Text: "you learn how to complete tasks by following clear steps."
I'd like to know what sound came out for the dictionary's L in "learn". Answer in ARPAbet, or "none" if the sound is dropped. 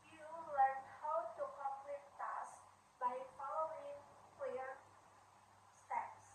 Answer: W